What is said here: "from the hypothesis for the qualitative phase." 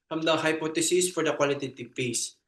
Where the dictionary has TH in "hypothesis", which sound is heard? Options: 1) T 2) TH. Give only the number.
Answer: 1